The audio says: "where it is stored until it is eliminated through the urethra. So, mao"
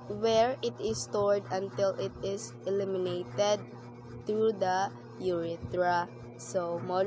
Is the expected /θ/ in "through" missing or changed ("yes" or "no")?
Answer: yes